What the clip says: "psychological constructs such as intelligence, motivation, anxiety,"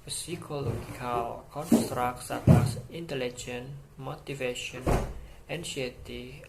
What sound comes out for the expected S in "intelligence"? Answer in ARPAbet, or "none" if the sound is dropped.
none